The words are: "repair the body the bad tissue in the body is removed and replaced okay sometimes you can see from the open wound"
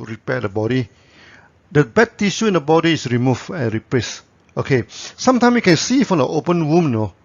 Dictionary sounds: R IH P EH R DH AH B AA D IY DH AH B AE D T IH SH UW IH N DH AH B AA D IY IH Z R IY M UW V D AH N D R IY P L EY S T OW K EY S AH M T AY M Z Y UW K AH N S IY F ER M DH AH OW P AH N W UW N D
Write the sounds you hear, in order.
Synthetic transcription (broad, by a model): R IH P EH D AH B AA D IY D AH B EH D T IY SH UW IH N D AH B AA D IY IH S R IY M UW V AH N R IY P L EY S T OW K EY S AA M T AY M Y UW K AH N S IY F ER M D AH OW P AH N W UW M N